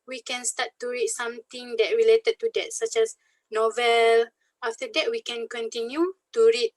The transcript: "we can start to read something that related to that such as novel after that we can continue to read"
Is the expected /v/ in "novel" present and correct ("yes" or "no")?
yes